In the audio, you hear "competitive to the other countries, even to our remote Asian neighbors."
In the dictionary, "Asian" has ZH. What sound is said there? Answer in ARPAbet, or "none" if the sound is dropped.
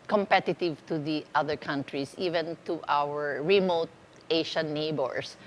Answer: SH